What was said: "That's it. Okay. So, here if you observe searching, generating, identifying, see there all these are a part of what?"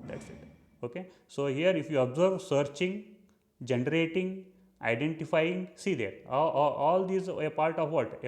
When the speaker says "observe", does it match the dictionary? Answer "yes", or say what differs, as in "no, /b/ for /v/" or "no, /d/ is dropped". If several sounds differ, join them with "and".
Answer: yes